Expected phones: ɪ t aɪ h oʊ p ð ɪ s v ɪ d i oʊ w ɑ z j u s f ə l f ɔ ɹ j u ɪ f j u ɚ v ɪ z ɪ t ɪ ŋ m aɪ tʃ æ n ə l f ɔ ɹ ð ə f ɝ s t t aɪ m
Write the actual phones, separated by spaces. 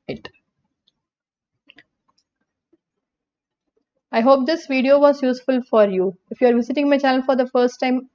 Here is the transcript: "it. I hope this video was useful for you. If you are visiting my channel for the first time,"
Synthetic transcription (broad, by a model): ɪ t aɪ h oʊ p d ɪ s v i d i oʊ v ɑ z j u s f ə l f ɔ ɹ j u ɪ f j u ɚ v ɪ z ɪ t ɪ ŋ m aɪ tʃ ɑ ə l f ɔ ɹ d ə f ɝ s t t aɪ m